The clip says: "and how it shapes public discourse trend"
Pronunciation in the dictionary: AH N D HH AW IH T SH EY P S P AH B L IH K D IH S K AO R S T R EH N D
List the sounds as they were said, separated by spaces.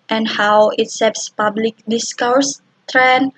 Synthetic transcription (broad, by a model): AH N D HH AW IH T S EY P S P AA B L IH K D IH S K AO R S T R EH N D